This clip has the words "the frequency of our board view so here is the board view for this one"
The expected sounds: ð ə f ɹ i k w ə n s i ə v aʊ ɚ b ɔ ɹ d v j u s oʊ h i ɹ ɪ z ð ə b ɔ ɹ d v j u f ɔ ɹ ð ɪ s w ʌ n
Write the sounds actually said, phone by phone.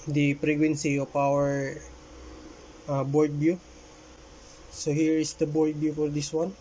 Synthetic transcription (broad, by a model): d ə p ɹ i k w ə n s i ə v aʊ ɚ b ɔ ɹ d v j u s oʊ h i ɹ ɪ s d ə b ɔ ɹ d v j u f ɔ ɹ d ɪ s w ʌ n